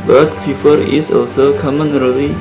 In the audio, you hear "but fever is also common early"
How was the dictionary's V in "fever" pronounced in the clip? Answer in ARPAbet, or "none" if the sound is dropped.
P